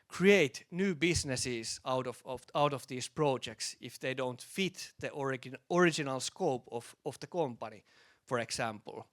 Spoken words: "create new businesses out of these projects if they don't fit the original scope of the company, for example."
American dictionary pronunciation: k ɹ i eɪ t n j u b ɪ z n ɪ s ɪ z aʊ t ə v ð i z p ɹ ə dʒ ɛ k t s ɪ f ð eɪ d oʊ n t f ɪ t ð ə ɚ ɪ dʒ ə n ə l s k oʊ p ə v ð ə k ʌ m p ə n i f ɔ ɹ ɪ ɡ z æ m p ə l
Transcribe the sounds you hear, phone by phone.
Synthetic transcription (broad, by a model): k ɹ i eɪ t n j u b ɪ s n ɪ s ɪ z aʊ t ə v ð i s p ɹ ə dʒ ɛ k t s ɪ f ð eɪ d oʊ n t f ɪ t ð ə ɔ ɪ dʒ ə n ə l s k oʊ p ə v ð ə k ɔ m p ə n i f ɔ ɹ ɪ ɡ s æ m p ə l